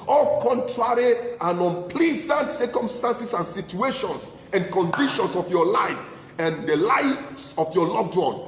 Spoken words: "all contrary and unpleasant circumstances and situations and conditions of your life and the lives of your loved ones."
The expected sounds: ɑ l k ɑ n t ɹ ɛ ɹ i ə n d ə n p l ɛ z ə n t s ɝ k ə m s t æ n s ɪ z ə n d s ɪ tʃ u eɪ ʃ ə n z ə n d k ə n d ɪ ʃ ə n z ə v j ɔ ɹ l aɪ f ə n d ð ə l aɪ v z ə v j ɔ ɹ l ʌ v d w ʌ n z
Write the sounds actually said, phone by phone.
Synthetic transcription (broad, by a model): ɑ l k ɑ n t ɹ ɛ ɹ i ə n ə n p l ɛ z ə n t s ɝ k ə m s t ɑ n s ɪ s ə n s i tʃ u eɪ ʃ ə n s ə n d k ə n d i ʃ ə n s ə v j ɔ l aɪ f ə n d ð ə l aɪ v s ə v j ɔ l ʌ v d w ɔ n